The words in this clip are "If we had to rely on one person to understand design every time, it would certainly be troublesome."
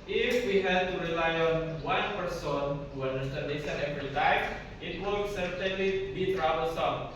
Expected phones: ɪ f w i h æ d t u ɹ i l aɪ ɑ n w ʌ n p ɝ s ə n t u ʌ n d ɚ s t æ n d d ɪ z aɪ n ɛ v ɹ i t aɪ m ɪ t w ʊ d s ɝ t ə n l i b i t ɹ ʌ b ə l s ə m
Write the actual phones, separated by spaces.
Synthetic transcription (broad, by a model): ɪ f w i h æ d t u ɹ i l aɪ ɑ n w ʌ n p ɝ s ə n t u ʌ n d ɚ s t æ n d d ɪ s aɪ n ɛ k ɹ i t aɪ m ɪ t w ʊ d s ɝ t ə n l i b i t ɹ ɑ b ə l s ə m